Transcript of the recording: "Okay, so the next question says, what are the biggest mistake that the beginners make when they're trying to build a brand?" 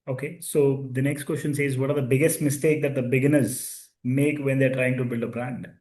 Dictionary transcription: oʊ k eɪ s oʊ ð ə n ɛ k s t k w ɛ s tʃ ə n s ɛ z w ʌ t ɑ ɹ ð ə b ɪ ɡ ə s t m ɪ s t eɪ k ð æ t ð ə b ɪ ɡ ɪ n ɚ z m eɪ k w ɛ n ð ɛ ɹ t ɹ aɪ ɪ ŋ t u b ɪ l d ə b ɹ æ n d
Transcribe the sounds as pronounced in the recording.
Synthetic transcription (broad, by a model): oʊ k eɪ s oʊ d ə n ɛ k s t k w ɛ s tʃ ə n s ɛ z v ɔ t ɑ ɹ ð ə b ɪ ɡ ə s t m ɪ s t eɪ k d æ t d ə b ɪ ɡ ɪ n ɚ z m eɪ k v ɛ n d ɛ ɹ t ɹ aɪ ɪ ŋ t u b ɪ l d ə b ɹ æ n d